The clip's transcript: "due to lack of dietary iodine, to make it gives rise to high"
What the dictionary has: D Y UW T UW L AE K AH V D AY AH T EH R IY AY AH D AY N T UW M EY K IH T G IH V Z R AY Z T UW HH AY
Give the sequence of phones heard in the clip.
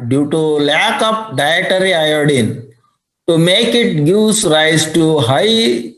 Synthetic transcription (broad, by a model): D Y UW T UW L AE K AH P D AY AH T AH R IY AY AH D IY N T UW M EY K IH T G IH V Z R AY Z T UW HH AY